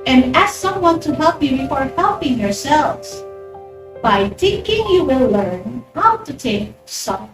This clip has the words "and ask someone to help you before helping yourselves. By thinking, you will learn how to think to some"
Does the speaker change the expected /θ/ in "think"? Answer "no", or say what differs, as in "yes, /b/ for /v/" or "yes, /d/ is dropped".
yes, /t/ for /θ/